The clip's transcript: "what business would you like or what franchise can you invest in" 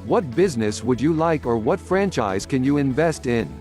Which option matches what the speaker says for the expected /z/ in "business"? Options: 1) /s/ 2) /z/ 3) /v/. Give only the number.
2